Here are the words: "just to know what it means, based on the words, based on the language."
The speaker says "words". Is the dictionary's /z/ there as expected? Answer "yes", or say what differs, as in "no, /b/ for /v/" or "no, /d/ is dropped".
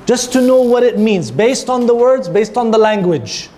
yes